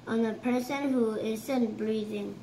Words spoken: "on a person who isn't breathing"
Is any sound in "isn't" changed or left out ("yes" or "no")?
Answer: yes